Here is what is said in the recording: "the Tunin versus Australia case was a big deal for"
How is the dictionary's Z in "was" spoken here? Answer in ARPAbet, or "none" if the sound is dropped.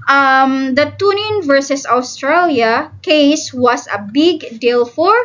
S